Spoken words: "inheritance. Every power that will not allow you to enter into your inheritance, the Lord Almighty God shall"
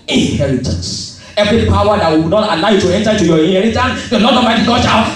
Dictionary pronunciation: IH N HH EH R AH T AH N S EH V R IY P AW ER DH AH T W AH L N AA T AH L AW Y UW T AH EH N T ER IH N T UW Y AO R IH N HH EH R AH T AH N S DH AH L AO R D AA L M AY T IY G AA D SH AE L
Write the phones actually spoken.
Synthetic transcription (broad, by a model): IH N HH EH R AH T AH N S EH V R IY P AW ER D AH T W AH N AA T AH L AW Y UW T AH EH N T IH T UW Y AO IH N HH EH R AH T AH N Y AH N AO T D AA M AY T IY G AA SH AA